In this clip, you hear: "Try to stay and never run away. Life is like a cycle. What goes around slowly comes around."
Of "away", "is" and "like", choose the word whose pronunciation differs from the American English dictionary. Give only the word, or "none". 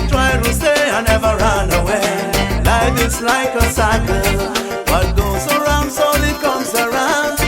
is